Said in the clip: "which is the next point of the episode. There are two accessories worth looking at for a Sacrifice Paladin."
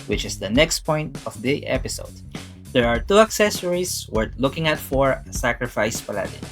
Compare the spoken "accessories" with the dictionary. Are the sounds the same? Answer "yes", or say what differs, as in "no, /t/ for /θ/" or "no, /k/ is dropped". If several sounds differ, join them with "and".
no, /s/ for /z/